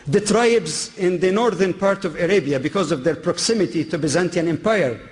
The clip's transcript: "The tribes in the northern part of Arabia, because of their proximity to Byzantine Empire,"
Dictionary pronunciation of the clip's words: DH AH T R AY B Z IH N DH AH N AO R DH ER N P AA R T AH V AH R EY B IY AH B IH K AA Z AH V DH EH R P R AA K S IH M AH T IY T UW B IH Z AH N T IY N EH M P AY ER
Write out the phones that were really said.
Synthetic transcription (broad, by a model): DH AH T R AY B Z IH N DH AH N AO R DH ER N P AA R T AH V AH R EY B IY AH B IH K AA Z AH V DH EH R P R AA K S IH M AH T IY T UW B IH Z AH N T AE N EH M P AY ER